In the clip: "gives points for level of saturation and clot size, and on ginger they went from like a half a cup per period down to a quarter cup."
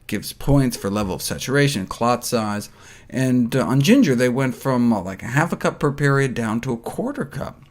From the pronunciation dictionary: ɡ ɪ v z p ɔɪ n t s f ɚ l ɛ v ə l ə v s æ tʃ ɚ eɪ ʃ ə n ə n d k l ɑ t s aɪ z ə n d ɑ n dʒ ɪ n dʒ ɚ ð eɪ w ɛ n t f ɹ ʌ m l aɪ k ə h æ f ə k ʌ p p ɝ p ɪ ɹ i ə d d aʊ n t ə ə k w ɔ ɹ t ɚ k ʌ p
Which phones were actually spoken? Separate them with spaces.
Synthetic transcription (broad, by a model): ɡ ɪ v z p ɔɪ n t s f ɚ l ɛ v l ə v s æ tʃ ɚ eɪ ə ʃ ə n k l ɑ t s aɪ z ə n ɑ n dʒ ɪ n dʒ ɚ ð eɪ w ɛ n t f ɹ ʌ m l aɪ k ə h æ f ə k ʌ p p ɝ p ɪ ɹ i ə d d aʊ n t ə ə k w ɔ ɹ t ɚ k ʌ p